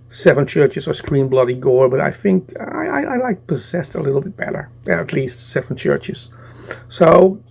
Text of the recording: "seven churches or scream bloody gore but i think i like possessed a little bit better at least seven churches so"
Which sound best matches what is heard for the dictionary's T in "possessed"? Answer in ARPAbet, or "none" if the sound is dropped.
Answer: T